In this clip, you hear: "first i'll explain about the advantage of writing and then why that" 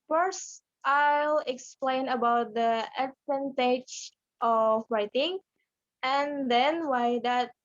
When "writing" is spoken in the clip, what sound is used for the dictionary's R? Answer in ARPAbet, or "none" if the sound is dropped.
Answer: R